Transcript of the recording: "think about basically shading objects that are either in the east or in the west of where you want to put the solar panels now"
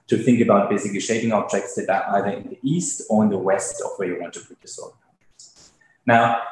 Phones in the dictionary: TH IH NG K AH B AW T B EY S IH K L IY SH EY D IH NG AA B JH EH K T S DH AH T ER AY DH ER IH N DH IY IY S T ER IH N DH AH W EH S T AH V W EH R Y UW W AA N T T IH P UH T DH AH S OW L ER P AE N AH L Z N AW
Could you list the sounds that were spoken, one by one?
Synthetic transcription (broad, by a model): TH IH NG K AH B AW T B EY S IH K L IY SH EY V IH NG AA B JH EH K T S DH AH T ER AY DH ER IH N DH IY IY S T ER IH N DH AH W EH S T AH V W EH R Y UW W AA N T T IH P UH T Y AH S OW ER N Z N AW